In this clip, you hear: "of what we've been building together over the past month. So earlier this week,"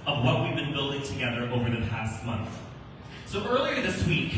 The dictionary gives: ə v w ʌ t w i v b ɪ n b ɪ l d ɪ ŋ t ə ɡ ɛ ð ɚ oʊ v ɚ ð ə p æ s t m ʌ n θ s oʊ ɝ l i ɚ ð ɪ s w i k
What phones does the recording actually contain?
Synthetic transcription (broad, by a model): ə v w ʌ t w i v b ɪ n b ɪ l d ɪ ŋ t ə ɡ ɛ ð ɚ oʊ v ɚ ð ə p æ s t m ʌ n θ s oʊ ɝ l i ɚ ð ɪ s w i k